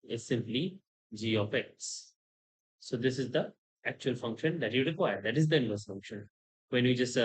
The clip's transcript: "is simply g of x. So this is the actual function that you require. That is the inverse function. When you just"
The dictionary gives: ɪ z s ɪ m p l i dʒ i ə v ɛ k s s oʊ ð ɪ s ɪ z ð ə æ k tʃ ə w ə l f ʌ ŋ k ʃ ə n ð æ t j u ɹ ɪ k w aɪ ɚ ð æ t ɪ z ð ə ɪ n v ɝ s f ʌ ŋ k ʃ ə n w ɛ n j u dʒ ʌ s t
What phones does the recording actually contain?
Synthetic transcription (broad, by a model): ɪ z s ɪ m p l i dʒ i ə p ɛ k s s oʊ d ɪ s ɪ z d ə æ k tʃ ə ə l f ʌ ŋ k ʃ ə n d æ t j u ɹ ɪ k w aɪ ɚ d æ t ɪ z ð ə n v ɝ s f ʌ ŋ k ʃ ə n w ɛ n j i dʒ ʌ s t